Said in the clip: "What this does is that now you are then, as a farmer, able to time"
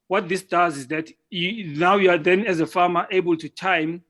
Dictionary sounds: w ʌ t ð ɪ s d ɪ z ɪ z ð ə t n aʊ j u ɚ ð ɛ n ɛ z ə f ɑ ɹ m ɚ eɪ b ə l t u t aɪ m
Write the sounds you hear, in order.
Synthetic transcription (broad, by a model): w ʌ t ð ɪ s d ɪ z ɪ z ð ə t n aʊ j u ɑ ð ɛ n ɛ z ə f ɑ m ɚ eɪ b ə l t u t aɪ m